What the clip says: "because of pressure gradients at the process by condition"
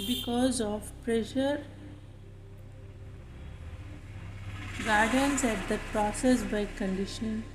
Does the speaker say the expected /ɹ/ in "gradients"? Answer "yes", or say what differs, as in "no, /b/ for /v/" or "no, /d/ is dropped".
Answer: no, /ɹ/ is dropped